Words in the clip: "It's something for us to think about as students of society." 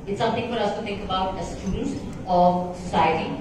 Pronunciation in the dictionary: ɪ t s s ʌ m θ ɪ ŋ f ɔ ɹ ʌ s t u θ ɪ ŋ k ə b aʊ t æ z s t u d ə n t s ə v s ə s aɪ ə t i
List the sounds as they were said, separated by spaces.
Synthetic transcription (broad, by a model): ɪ t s s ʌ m t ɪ ŋ f ɔ ɹ ʌ s t u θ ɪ ŋ k ə b aʊ t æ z s t u d ə n t s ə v s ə s aɪ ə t i